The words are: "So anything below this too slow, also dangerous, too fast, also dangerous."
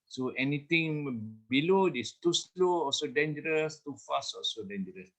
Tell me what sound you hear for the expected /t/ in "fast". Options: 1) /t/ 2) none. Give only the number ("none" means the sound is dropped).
2